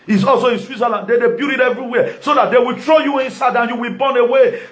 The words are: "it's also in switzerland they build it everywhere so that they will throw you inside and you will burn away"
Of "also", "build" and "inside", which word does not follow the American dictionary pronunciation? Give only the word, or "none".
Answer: build